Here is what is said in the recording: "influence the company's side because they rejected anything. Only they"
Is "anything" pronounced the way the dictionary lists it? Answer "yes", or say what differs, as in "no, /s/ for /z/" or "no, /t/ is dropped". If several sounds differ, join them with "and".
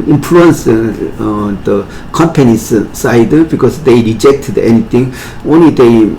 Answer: no, /t/ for /θ/